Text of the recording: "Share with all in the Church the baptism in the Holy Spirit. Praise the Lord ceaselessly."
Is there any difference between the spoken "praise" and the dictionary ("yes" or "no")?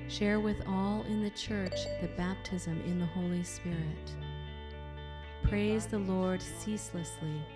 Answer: no